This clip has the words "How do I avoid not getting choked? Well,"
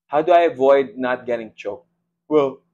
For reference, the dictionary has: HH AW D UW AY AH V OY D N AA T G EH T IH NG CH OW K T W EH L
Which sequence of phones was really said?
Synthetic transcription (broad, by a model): HH AW D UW AY AH V OY D N AA T G EH T IH NG CH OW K W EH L